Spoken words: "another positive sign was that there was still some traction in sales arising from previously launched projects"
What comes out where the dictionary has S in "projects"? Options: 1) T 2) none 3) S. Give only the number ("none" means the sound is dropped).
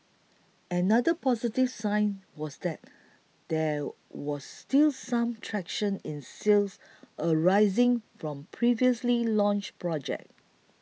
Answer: 2